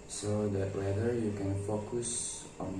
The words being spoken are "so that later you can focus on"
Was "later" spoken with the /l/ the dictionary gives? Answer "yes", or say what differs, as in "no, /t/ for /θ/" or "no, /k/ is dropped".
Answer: no, /w/ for /l/